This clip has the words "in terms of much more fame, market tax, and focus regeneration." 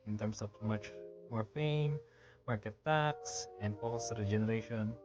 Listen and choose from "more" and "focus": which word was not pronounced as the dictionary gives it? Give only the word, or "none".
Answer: focus